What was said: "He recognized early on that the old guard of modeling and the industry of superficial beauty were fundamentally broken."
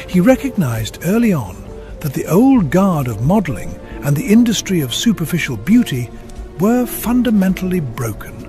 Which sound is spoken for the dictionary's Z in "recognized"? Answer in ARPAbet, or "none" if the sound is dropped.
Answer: Z